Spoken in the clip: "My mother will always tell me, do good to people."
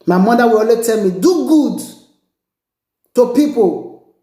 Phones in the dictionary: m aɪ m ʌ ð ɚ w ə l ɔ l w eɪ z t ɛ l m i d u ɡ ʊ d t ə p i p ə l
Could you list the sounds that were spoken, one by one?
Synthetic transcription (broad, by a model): m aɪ m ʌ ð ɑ w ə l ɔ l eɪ t ɛ l m i d u ɡ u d t ə p i p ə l